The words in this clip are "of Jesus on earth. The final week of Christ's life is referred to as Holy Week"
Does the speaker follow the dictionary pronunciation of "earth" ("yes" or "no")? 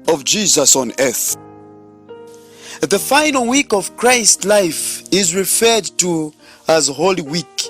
yes